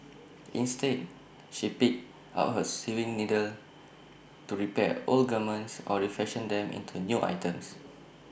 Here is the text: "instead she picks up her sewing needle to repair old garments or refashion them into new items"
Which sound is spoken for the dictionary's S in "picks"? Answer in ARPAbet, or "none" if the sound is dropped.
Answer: none